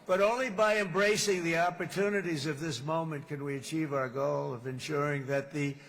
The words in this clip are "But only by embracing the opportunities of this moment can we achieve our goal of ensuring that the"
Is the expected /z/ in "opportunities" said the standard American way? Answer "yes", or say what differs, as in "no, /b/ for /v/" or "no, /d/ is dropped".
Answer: yes